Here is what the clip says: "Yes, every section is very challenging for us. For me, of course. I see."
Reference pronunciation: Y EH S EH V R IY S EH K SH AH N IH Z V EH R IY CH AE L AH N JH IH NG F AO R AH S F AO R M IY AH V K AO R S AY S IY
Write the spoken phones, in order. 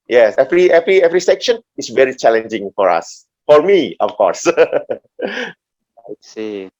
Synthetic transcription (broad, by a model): Y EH S EH V R IY S EH K SH AH N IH S V EH R IY CH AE L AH N JH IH NG F AO R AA S F AO R M IY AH F K AO R S AY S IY